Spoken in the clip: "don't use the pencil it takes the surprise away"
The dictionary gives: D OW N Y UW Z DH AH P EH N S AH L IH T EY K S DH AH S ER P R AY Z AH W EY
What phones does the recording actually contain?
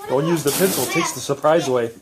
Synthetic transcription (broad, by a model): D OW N Y UW Z DH AH P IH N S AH L T EY K S DH AH S ER P R AY Z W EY